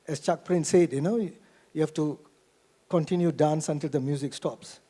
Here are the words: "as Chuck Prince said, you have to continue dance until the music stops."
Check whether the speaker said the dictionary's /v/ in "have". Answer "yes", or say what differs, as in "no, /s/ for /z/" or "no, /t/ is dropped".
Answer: no, /f/ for /v/